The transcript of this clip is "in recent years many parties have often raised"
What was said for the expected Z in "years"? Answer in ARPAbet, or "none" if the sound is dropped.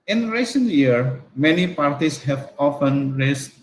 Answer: none